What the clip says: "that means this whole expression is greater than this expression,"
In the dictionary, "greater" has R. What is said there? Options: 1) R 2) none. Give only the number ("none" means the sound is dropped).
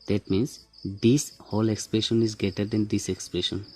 2